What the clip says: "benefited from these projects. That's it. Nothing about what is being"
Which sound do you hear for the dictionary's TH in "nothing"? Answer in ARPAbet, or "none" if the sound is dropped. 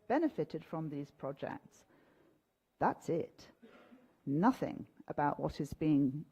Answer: TH